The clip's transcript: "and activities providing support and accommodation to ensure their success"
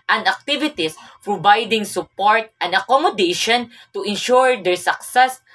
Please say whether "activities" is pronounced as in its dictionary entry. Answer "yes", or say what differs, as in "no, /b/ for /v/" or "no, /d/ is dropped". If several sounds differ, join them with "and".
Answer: no, /s/ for /z/